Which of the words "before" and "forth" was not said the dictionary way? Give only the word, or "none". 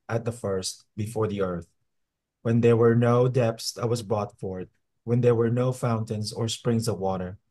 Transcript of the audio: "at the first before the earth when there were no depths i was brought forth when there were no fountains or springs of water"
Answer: forth